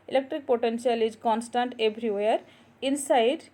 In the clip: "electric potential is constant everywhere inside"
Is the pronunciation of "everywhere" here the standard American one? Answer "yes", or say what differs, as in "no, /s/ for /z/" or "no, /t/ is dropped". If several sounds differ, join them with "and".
no, /b/ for /v/